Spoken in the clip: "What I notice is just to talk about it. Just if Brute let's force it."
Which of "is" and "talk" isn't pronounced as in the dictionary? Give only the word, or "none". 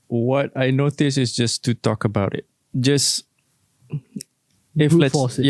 is